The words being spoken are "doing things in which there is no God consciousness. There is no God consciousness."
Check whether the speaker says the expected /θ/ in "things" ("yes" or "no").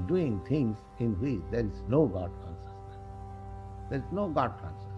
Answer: no